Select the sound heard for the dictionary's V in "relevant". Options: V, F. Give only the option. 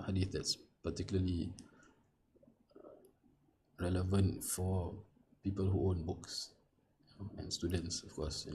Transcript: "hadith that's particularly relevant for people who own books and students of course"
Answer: V